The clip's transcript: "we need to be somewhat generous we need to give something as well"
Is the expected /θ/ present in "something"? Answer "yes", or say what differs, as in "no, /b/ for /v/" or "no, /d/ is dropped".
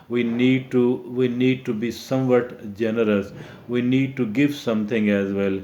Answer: no, /t/ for /θ/